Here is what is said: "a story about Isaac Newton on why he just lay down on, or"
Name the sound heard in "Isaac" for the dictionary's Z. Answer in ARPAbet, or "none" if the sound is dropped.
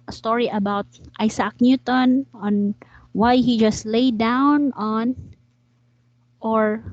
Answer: S